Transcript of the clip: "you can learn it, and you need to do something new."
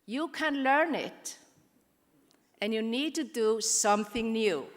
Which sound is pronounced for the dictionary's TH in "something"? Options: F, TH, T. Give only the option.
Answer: TH